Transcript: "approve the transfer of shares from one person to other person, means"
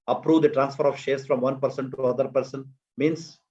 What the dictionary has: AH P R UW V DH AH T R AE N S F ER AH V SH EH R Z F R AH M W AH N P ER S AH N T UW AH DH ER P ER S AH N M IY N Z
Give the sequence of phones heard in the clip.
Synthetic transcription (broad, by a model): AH P R UW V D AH T R AE N S F ER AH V SH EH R S F R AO M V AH N P ER S AH N T UW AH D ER P ER S AH N M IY N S